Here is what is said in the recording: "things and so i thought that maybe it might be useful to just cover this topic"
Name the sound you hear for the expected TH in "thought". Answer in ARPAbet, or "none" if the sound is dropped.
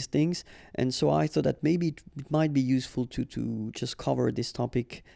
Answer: TH